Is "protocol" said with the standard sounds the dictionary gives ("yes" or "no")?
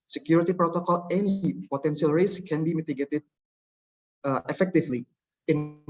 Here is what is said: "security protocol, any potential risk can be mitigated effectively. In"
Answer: yes